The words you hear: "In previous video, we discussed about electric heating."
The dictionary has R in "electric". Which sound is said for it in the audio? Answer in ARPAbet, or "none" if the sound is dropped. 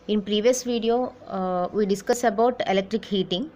R